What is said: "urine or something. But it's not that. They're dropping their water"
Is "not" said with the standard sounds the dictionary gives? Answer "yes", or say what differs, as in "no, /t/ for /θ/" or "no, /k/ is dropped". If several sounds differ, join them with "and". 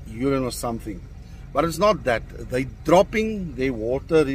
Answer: yes